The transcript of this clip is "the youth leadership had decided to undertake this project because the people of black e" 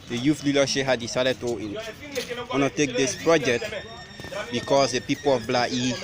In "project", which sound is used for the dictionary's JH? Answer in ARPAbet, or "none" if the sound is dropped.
JH